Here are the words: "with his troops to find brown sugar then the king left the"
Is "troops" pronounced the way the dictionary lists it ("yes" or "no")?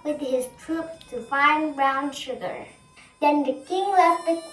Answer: no